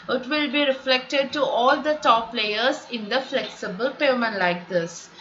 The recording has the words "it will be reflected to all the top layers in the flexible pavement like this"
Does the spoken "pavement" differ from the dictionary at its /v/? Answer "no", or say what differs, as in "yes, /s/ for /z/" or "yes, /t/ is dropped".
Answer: yes, /v/ is dropped